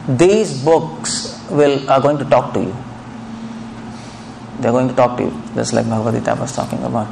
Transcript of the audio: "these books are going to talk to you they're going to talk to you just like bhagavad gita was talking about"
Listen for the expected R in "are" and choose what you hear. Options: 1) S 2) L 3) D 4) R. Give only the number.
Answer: 2